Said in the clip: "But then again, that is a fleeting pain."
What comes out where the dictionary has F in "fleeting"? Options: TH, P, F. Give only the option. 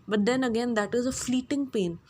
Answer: F